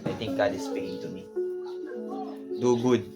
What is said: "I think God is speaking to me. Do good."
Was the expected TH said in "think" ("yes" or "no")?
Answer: no